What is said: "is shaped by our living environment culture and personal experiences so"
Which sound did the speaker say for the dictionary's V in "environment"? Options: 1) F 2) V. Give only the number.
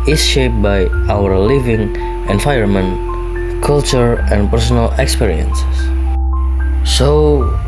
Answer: 1